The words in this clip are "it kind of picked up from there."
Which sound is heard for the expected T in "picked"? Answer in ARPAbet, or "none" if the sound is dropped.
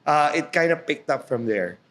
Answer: T